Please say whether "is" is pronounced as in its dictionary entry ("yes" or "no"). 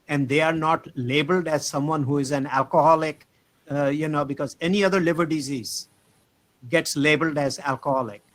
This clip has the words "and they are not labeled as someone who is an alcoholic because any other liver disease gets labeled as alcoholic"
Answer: yes